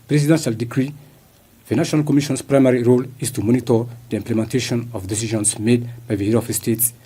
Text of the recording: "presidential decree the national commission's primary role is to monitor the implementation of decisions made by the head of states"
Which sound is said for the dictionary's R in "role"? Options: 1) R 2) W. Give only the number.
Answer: 1